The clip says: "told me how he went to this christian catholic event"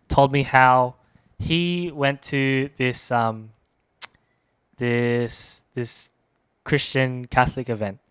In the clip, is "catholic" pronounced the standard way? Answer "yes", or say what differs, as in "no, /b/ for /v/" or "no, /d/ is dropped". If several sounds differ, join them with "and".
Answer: yes